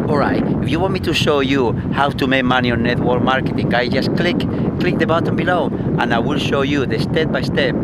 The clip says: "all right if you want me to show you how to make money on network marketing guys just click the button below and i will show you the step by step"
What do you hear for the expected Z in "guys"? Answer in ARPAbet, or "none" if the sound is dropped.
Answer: none